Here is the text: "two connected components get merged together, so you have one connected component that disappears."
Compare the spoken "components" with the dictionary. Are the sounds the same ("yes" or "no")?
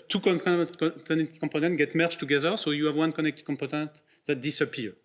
no